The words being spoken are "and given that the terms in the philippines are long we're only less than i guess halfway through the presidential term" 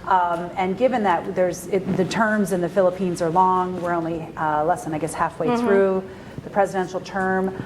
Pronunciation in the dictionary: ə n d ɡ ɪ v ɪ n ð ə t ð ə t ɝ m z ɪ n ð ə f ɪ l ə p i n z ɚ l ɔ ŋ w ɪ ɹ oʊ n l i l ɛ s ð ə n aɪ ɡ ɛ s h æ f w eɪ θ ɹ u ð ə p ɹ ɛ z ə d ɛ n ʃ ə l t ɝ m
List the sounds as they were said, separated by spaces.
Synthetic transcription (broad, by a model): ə n ɡ ɪ v ɪ n ð ə t ð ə t ɝ m z ɪ n ð ə f ɪ l ə p i n z ɚ l ɔ ŋ w ɪ ɹ oʊ n l i l ɛ s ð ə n aɪ ɡ ɛ s h æ f w eɪ θ ɹ u ð ə p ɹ ɛ z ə d ɛ n ʃ l t ɝ m